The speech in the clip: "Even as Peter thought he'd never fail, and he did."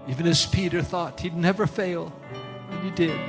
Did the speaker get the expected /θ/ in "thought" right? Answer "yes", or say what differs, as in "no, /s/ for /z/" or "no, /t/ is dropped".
yes